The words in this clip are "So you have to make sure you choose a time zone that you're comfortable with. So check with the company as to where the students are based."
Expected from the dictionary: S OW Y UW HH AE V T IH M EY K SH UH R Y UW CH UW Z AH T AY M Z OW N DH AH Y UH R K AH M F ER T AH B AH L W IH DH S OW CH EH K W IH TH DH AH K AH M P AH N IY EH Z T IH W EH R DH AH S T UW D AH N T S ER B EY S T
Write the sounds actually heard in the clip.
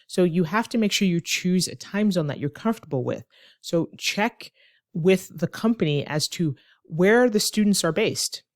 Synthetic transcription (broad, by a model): S OW Y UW HH AE F T IH M EY K SH UH R Y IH CH UW Z AH T AY M Z OW N DH AH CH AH R K AH M F T AH B L W IH DH S OW CH EH K W IH DH AH K AH M P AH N IY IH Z T IH W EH R DH AH S T UW D N T S ER B EY S T